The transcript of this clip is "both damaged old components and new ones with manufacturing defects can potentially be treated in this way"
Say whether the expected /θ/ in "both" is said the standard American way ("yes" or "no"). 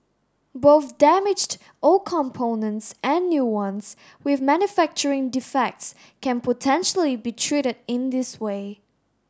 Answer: yes